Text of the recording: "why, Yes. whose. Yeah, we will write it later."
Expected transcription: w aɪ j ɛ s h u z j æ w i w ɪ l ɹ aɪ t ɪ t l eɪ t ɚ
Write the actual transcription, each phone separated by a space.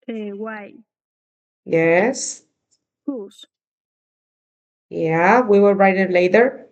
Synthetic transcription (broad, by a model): w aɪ j ɛ s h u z j æ w i w ɪ l ɹ aɪ t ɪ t l eɪ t ɚ